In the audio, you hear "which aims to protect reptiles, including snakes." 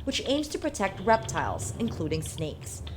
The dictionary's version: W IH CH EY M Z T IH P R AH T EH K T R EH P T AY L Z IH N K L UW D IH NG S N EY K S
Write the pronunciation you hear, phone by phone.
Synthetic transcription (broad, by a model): W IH CH EY M Z T IH P R AH T EH K T R EH P T AY L Z IH N K L UW D IH NG S N EY K S